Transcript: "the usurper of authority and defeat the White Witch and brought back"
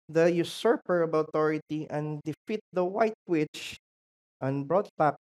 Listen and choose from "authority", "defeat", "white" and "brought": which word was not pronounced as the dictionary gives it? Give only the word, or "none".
authority